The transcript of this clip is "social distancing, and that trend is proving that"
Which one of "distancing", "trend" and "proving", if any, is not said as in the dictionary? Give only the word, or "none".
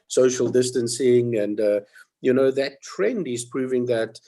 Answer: none